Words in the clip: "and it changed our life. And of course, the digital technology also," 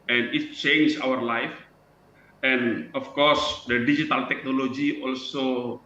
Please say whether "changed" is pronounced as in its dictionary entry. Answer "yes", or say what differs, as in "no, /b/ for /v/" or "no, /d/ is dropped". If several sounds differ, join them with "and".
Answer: no, /d/ is dropped